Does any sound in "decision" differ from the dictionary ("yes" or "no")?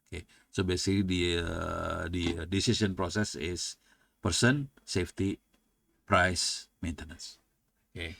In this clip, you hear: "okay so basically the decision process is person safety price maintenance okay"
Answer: yes